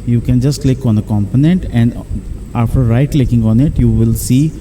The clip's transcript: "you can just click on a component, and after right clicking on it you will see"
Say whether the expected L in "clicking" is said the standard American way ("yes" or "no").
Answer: yes